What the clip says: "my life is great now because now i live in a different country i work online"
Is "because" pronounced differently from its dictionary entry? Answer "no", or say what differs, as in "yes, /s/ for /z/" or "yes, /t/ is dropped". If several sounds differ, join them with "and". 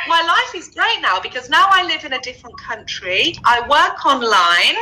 no